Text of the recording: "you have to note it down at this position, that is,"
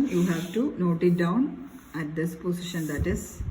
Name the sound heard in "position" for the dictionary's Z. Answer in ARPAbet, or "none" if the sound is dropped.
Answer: S